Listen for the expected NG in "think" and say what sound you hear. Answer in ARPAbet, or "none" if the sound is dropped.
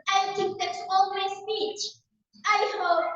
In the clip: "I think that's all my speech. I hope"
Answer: none